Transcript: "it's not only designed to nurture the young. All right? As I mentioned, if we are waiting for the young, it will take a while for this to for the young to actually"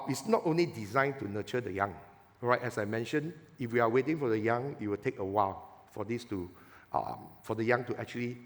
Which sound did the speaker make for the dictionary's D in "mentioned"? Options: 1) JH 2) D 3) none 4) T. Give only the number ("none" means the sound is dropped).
3